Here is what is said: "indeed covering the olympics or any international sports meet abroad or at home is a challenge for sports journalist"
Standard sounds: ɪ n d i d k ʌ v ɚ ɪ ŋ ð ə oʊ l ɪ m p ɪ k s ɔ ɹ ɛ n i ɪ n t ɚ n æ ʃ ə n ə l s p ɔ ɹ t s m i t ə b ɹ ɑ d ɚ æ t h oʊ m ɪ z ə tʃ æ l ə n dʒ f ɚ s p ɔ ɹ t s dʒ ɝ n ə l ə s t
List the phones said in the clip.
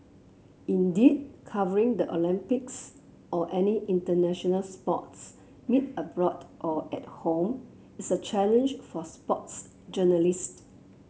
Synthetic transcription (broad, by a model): ɪ n d i d k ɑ v ɚ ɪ ŋ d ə oʊ l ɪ m p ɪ k s ɔ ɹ ɛ n i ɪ n t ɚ n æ ʃ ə n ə l s p ɔ t s m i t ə b ɹ ɑ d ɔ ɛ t h oʊ m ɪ s ə tʃ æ l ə n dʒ f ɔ s p ɔ t s dʒ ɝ n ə l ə s t